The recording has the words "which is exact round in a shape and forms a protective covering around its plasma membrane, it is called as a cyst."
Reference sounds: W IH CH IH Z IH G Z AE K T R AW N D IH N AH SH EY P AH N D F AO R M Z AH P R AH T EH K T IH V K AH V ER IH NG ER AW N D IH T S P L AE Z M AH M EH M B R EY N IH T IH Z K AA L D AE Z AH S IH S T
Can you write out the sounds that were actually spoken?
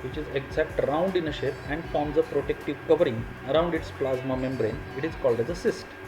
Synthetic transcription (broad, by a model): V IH CH IH Z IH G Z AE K T R AW N D IH N AH SH EY P AH N D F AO R M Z AH P R AH T EH K T IH V K AH V ER IH NG ER AW N D IH T S P L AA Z M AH M EH M B R EY N IH T IH Z K AA L D AE Z AH S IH S T